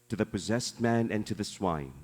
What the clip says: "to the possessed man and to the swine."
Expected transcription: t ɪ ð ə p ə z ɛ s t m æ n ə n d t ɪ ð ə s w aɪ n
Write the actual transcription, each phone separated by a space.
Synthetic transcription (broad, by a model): t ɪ ð ə p ə z ɛ s t m æ n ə n t ɪ ð ə s w aɪ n